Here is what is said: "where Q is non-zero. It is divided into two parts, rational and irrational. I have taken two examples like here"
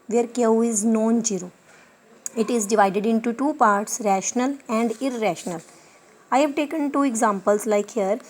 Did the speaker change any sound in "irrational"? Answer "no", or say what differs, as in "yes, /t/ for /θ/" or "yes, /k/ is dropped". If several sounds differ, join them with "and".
no